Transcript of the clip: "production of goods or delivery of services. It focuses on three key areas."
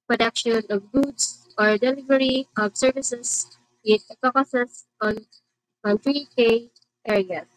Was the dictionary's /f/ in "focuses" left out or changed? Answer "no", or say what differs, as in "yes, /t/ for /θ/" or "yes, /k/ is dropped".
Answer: yes, /p/ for /f/